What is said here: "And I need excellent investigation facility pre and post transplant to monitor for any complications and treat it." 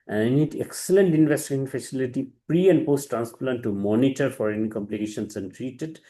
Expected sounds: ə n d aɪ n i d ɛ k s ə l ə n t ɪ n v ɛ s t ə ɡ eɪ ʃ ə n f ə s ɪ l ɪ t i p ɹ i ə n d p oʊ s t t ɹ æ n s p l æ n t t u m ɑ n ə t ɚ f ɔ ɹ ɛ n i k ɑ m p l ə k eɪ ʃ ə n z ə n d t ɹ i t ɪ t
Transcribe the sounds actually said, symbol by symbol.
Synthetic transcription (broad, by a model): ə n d aɪ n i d ɛ k s ə l ə n t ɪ n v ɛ s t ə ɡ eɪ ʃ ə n f ə s ɪ l ɪ t i p ɹ i ə n d p oʊ s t t ɹ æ n s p l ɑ n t t u m ɑ n ə t ɚ f ɔ ɹ ɛ n i k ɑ m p l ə k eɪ ʃ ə n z ə n d t ɹ i t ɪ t